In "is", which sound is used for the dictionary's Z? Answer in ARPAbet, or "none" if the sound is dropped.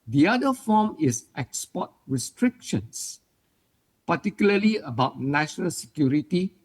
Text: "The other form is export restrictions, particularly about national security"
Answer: S